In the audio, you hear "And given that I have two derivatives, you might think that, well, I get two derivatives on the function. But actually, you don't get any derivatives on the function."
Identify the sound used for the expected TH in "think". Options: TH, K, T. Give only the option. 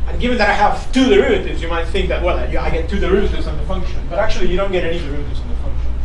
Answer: TH